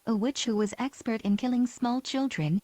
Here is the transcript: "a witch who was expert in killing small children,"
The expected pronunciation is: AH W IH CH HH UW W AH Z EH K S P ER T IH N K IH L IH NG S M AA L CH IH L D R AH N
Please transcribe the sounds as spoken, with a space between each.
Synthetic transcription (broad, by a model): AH W IH CH HH UW W AH Z EH K S P ER T IH N K IH L IH NG S M AA L CH IH L D R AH N